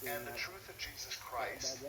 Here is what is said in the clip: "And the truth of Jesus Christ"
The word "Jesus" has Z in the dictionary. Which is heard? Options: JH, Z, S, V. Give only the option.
Z